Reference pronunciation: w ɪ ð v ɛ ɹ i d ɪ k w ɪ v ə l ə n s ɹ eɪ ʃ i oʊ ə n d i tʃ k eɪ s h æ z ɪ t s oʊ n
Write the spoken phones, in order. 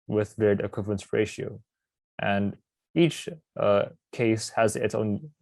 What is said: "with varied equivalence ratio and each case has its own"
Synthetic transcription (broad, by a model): w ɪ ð v ɛ ɹ i d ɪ k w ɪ p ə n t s ɹ eɪ ʃ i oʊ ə n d i tʃ k eɪ s h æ z ɪ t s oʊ n